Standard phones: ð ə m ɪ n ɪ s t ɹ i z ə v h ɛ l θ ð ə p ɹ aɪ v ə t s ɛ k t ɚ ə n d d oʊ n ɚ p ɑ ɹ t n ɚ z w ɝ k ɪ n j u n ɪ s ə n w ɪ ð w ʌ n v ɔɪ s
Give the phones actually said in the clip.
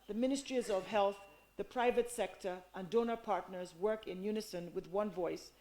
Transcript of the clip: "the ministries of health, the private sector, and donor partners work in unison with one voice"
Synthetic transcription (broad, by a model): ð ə m ɪ n ɪ s t ɹ i z ə v h ɛ l θ ð ə p ɹ aɪ v ə t s ɛ k t ɚ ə n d d oʊ n ɚ p ɑ ɹ t n ɚ z w ɝ k ɪ n j u n ɪ s ə n w ɪ ð w ʌ n v ɔɪ s